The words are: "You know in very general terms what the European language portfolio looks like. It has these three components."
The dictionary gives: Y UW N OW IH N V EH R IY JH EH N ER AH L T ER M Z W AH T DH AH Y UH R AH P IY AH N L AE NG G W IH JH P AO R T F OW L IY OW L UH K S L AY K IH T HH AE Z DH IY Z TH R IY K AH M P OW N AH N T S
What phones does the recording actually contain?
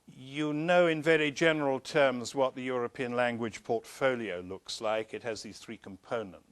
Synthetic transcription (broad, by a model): Y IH N OW IH N V EH R IY JH EH N ER AH L T ER M Z W AH T DH AH Y UH R AH P IY AH N L AE NG G W IH JH P AO R T F OW L IY OW L UH K S L AY K IH T HH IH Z DH IY Z TH R IY K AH M P OW N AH N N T